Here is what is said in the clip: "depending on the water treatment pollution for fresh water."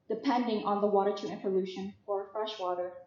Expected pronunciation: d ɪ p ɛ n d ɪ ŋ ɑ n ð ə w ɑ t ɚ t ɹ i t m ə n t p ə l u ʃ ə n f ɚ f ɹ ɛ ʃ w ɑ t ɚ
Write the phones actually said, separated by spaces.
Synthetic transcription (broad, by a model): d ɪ p ɛ n d ɪ ŋ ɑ n ð ə w ɑ t ɚ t i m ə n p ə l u ʃ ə n f ɚ f ɹ ɛ ʃ w ɑ t ɚ